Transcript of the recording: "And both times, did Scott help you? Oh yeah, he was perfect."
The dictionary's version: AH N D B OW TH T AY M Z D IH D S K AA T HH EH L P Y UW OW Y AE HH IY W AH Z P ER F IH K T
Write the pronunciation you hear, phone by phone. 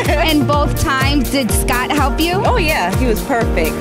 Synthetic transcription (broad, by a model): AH N B OW TH T AY M Z D IH D S K AA T HH EH L P Y UW OW Y AE HH IY W AH Z P ER F IH K T